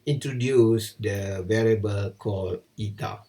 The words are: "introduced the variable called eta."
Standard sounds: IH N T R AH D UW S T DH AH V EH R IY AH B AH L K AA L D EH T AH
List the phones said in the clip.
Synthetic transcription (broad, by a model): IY N T R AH D UW S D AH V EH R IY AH B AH L K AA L IY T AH